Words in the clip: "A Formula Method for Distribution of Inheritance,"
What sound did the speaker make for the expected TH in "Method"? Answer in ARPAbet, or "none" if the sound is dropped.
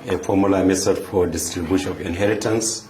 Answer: S